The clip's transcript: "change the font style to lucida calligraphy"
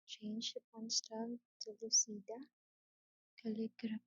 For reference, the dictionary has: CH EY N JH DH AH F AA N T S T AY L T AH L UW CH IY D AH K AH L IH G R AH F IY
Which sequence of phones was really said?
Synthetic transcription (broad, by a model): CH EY N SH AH P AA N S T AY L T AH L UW S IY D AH K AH L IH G R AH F